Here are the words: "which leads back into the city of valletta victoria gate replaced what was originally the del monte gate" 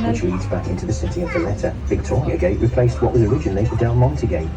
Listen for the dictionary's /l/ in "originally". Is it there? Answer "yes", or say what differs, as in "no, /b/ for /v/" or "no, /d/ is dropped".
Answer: yes